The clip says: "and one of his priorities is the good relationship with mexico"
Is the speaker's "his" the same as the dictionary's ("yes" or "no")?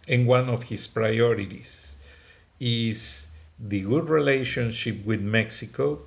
no